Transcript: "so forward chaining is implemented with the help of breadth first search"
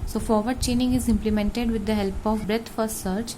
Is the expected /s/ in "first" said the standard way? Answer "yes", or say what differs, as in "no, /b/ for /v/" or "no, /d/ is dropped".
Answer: no, /s/ is dropped